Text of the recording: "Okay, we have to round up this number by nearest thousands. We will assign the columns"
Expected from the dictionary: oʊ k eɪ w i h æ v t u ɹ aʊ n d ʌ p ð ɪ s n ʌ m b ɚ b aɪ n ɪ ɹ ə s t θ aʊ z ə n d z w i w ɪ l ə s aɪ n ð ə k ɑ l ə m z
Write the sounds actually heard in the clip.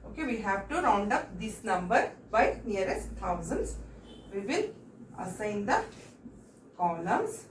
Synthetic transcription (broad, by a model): oʊ k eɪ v i h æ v t u ɹ aʊ n d ʌ p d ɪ s n ʌ m b ɚ b aɪ n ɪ ɹ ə s t t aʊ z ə n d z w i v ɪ n ə s aɪ n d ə k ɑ l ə m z